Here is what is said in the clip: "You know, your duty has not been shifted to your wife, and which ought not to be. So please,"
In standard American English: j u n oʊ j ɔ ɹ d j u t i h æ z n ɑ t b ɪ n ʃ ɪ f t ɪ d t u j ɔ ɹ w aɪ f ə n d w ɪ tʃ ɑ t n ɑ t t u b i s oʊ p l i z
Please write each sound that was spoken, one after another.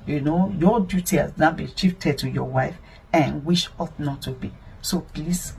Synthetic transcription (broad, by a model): j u n oʊ j ɔ d j u t i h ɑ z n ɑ b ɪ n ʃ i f t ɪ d t u j ɔ w aɪ f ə n w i ʃ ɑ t n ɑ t t u b i s oʊ p l i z